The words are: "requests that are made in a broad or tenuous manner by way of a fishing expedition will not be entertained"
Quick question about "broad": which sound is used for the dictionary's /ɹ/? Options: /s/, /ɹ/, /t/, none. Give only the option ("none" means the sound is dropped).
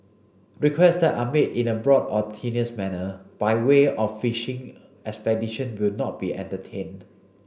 /ɹ/